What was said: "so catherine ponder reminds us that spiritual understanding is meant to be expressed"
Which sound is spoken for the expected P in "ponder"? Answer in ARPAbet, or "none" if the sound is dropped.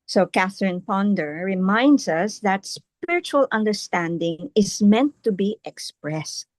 P